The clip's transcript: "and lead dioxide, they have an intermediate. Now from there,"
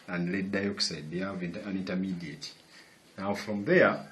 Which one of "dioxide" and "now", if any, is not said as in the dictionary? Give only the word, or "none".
none